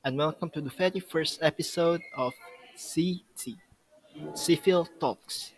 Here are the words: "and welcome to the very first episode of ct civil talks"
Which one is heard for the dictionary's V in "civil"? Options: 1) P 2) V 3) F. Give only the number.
3